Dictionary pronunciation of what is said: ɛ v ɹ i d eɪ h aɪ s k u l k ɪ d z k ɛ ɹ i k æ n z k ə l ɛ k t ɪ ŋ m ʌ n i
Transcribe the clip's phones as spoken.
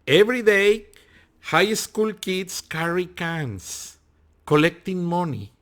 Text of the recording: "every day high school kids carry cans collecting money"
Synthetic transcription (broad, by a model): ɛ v ɹ i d eɪ h aɪ s k u l k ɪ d s k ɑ ɹ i k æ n s k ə l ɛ k t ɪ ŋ m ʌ n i